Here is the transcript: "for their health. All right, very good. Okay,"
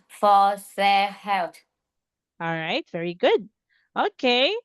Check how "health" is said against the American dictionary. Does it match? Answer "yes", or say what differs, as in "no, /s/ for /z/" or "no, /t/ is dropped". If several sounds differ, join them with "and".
no, /t/ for /θ/